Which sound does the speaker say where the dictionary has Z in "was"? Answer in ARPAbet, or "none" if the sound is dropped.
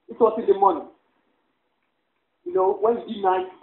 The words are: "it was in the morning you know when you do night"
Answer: S